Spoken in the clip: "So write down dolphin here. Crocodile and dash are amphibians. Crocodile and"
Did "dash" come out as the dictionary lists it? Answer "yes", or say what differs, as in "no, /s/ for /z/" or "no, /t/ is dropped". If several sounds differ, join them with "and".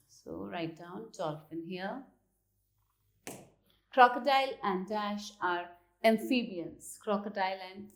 yes